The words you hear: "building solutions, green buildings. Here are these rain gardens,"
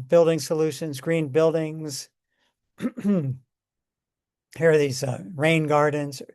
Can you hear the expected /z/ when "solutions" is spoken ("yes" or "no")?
yes